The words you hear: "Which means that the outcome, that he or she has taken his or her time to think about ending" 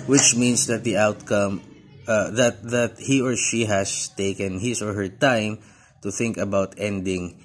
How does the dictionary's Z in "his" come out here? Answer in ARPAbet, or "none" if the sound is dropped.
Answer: S